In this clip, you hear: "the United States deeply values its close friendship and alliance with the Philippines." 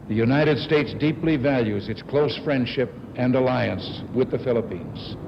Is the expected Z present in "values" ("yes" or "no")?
yes